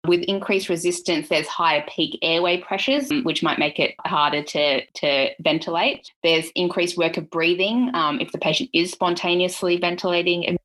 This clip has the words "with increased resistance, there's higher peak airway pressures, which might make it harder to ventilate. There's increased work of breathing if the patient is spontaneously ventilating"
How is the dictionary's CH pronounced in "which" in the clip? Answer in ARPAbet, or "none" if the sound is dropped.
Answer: CH